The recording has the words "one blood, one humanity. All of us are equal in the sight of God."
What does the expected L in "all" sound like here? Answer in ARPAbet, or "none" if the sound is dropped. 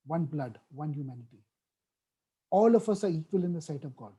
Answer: L